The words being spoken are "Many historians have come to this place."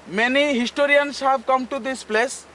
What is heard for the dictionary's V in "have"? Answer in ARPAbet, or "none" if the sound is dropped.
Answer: B